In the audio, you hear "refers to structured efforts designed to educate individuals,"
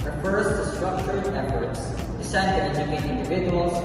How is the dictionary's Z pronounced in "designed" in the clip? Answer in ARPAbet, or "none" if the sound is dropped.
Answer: S